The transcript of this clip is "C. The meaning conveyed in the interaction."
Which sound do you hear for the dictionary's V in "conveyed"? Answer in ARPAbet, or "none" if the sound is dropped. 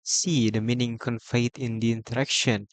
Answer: F